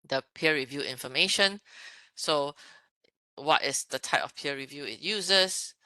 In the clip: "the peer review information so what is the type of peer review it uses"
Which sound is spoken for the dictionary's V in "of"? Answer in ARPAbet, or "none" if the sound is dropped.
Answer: F